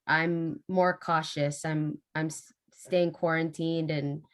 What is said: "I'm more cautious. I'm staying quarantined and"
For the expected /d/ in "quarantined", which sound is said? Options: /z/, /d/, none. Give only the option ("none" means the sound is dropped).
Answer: /d/